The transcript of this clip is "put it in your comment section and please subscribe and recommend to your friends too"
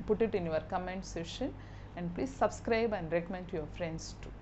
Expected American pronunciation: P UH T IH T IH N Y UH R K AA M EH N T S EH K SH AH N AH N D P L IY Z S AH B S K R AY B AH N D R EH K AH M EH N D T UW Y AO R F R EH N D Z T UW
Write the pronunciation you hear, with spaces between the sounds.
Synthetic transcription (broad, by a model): P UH T IH T IH N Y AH R K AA M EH N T S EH SH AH N AH N D P L IY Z S AH B S K R AY B AH N D R EH K AH M EH N D T UW Y AO R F R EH N D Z T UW